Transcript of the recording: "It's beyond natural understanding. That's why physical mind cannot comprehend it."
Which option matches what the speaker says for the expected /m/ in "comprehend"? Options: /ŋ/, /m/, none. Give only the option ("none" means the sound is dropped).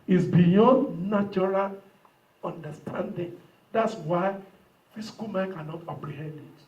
none